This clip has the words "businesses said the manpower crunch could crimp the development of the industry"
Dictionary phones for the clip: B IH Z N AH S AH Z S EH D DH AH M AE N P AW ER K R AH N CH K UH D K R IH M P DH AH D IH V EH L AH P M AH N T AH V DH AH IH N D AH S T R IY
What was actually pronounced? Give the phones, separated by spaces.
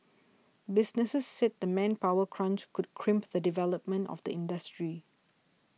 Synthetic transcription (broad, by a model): B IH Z N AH S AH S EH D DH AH M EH N P AW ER K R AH N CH K UH D K R IH M P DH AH D IH V EH L AH P M AH N T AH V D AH IH N D AH S T R IY